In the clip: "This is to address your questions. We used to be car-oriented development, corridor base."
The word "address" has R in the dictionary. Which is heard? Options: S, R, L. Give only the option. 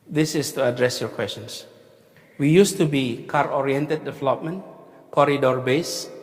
R